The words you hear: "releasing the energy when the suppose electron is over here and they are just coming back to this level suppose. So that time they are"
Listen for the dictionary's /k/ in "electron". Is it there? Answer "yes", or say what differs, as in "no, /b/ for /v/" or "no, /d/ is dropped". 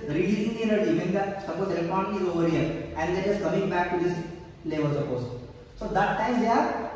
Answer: no, /k/ is dropped